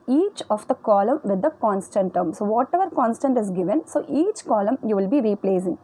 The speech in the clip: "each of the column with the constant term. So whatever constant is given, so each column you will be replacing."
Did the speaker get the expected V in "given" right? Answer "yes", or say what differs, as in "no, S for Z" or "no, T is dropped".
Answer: yes